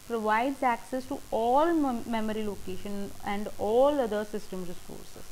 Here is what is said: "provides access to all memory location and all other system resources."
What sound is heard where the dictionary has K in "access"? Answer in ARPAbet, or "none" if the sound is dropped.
K